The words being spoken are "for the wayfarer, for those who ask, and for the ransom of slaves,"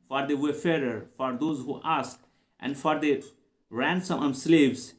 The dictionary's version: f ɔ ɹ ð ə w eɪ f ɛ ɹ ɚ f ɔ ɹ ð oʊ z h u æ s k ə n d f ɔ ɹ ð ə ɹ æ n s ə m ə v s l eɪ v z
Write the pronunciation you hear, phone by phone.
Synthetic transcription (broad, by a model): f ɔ ɹ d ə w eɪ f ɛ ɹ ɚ f ɔ ɹ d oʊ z h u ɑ s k ə n d f ɔ ɹ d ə ɹ æ n s ə m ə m s l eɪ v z